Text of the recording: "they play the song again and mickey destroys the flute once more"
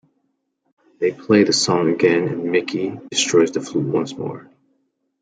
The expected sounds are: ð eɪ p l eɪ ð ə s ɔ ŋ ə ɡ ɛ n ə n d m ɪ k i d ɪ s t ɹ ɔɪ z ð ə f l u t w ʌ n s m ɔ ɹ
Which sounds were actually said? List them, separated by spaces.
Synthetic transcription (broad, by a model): ð eɪ p l eɪ ð ə s ɔ ŋ ə ɡ ɛ n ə n m ɪ k i d ɪ s t ɹ ɔɪ z ð ə f l u t w ʌ n s m ɔ ɹ